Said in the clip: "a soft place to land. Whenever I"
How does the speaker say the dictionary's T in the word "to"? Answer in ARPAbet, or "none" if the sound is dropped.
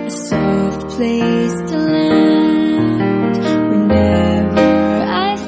T